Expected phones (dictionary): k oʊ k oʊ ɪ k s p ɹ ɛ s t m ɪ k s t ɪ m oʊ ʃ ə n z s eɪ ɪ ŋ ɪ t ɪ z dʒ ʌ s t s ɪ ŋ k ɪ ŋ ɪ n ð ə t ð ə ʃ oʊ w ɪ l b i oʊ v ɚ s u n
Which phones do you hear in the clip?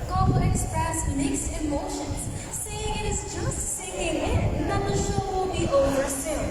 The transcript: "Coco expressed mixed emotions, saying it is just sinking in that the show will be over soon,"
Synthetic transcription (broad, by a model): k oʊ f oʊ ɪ k s p ɹ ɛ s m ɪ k s ɪ m oʊ ʃ ə n z s eɪ ɪ ŋ ɪ t ɪ z dʒ ʌ s t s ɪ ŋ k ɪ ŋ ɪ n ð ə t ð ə ʃ oʊ w ɪ l b i oʊ v ɚ s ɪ